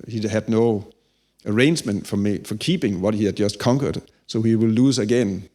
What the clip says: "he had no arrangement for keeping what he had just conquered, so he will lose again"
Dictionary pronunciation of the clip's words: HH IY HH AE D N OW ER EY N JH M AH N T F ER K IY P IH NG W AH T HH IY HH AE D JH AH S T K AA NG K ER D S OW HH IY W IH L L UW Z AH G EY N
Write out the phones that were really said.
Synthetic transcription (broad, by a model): HH IY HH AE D N OW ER EY N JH M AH N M F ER K IY P IH NG W AH T HH IY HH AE D JH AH S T K AA NG K ER D S OW HH IY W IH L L UW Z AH G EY N